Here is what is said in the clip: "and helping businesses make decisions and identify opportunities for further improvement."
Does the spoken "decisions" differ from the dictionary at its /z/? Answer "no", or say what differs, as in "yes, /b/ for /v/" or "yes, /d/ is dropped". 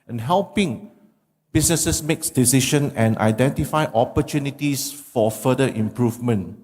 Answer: yes, /z/ is dropped